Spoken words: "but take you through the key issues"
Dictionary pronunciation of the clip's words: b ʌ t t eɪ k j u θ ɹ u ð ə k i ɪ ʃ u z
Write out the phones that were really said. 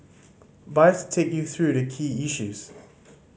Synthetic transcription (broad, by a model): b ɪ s t eɪ k j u θ ɹ u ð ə k i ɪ ʃ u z